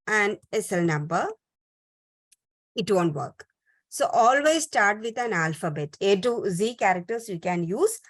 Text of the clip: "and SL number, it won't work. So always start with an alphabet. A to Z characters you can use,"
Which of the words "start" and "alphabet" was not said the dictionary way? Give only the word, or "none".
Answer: none